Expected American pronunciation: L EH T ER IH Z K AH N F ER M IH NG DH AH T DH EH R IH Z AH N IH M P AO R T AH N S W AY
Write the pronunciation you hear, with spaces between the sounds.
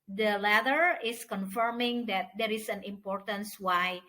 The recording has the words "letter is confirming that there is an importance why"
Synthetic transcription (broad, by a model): L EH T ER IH S K AH N F ER M IH NG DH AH T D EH R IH S AH N IH M P AO R T AH N S W AY